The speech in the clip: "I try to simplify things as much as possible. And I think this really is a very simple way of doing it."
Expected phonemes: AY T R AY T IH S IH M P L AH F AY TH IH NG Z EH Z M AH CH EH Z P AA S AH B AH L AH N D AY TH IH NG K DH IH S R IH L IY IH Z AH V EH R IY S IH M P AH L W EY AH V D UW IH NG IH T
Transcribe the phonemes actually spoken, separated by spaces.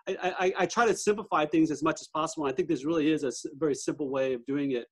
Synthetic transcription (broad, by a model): AY T R AY T IH S IH M P L AH F AY TH IH NG Z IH Z M AH CH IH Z P AA S AH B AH L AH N AY TH IH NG K DH IH S R IH L IY IH Z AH V EH R IY S IH M P L W EY AH V D UW IH NG IH T